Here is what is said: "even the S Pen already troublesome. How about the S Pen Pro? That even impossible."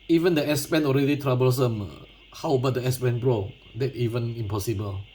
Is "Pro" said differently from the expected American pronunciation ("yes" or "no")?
yes